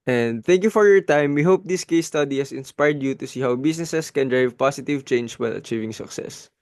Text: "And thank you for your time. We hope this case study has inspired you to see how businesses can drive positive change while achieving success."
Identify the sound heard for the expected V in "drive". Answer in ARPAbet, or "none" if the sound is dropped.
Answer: V